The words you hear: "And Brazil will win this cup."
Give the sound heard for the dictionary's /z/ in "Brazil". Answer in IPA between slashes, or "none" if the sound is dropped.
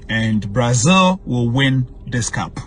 /z/